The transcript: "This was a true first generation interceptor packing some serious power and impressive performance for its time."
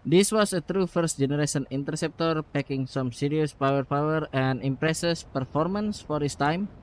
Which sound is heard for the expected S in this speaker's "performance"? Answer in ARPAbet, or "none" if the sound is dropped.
S